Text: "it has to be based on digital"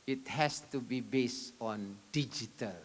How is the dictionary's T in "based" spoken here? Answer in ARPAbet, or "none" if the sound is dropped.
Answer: none